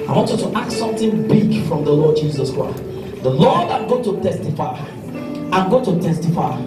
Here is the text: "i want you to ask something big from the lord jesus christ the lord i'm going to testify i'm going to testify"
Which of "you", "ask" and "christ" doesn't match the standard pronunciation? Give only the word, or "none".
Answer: ask